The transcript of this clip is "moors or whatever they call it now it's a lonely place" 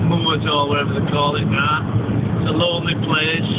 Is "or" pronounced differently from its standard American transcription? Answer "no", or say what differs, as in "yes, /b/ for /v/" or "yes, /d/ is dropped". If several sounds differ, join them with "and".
yes, /l/ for /ɹ/